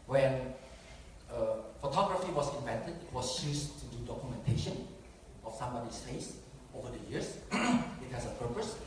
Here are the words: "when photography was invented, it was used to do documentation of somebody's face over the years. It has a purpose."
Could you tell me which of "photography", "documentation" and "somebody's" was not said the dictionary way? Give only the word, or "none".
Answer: somebody's